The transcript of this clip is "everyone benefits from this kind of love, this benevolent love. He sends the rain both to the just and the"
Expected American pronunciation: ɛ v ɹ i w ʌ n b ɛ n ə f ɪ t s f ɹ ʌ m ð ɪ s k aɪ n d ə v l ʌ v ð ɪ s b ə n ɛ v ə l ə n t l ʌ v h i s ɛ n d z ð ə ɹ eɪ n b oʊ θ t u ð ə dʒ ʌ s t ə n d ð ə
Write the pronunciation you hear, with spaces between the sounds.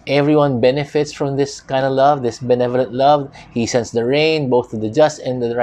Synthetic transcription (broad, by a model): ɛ v ɹ i w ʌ n b ɛ n ə f ɪ t s f ɹ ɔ m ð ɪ s k aɪ n d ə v l ʌ v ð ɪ s b ə n ɛ v ə l ə n t l ʌ v h i s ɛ n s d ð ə ɹ eɪ n b oʊ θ t u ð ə dʒ ʌ s t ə n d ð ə